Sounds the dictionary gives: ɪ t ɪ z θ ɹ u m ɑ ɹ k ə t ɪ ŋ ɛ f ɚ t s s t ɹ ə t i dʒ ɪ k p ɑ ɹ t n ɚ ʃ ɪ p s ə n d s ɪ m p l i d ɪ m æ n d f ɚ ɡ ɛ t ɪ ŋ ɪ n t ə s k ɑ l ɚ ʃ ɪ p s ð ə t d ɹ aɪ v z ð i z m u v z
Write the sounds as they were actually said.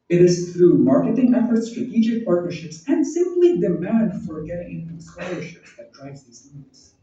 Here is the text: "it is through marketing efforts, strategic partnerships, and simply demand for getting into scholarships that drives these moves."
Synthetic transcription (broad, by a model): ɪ t ɪ z θ ɹ u m ɑ ɹ k ə t ɪ ŋ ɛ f ɚ t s s t ɹ ə t i dʒ ɪ k p ɑ ɹ t n ɚ ʃ ɪ p s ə n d s ɪ m p l i d ɪ m æ n d f ɚ ɡ ɛ t ɪ ŋ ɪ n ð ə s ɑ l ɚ ʃ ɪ p s ð ə t d ɹ aɪ v z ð i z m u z